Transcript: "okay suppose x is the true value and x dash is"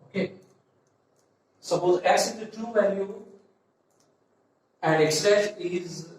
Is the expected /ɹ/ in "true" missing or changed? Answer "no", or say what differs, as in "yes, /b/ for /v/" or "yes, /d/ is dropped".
yes, /ɹ/ is dropped